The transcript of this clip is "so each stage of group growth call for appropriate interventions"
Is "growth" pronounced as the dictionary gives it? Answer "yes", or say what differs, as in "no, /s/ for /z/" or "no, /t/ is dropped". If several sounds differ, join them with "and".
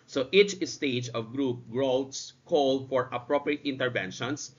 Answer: no, /s/ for /θ/